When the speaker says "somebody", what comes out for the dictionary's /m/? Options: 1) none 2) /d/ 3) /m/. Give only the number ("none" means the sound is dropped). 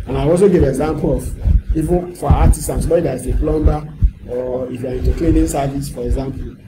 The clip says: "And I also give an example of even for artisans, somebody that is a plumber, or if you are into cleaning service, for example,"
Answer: 1